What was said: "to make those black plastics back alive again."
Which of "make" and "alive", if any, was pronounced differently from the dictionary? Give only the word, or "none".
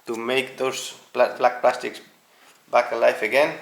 alive